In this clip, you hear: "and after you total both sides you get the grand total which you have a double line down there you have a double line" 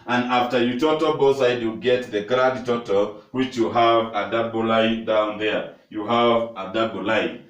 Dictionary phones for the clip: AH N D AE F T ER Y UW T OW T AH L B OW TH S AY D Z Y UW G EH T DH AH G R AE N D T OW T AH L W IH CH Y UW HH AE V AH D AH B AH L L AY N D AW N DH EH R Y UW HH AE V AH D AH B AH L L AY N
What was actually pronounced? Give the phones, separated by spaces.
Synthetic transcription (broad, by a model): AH N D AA F T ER Y UW T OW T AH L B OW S AY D Y UW G EH T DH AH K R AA D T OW T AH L W IH CH Y UW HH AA V AH D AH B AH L L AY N D AW N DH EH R Y UW HH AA V AH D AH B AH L L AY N